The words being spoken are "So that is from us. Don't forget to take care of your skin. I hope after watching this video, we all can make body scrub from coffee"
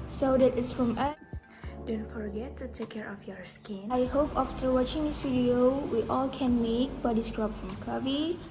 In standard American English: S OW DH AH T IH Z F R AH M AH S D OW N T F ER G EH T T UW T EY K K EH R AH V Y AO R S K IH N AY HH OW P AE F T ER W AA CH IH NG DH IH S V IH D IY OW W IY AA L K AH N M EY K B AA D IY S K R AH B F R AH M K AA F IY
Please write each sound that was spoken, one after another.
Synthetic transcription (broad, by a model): S OW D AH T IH S F R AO M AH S D OW N T F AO G EH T T UW T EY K K EH R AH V Y AO R S K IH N AY HH OW P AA F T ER W AA CH IH NG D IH S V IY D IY OW W IY AA L K AH N M EY K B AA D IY S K R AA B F R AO M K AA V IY